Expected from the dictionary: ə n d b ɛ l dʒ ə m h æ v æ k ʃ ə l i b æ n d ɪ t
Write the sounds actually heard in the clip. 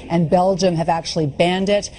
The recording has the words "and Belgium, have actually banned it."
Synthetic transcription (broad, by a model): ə n b ɛ l dʒ ə m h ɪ v æ k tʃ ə l i b æ n d ɪ t